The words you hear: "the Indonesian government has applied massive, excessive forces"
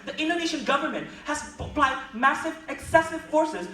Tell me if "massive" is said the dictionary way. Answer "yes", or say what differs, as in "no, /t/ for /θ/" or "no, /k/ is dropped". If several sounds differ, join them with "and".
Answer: yes